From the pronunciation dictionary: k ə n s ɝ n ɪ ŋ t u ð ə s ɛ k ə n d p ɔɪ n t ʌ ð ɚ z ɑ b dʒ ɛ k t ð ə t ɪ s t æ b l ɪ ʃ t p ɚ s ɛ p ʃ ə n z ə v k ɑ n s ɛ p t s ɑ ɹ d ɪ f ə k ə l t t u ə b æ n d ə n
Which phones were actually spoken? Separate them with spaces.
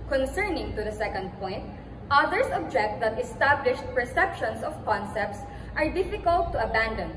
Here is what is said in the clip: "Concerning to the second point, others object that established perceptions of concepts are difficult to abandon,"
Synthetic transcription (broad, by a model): k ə n s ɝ n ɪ ŋ t u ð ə s ɛ k ə n d p ɔɪ n t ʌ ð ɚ s ɑ b dʒ ɛ k t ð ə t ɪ s t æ b l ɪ ʃ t p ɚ s ɛ p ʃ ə n s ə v k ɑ n s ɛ p t s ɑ ɹ d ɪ f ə k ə l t t u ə b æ n d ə n